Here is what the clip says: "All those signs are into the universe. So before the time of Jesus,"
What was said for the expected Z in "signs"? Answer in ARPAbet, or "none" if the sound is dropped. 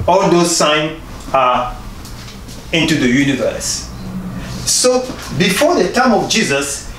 none